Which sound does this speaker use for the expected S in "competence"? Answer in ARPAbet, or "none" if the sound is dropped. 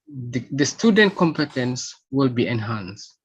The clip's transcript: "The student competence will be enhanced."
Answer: S